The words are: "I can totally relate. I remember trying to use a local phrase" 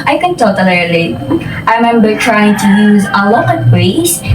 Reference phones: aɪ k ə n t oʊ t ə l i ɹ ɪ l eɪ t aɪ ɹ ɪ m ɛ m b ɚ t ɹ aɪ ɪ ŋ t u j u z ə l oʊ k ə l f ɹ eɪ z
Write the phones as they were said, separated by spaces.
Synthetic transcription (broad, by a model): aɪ k ə n t oʊ t ə l i l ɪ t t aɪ ɹ ɪ m ɛ m b ɚ t ɹ aɪ ɪ ŋ t u j u z ə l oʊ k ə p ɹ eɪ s